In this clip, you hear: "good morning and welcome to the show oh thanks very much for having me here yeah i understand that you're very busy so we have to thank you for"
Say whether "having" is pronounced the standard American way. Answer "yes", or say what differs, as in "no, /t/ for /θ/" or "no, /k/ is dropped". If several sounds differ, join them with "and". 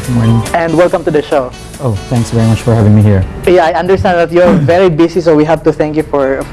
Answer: yes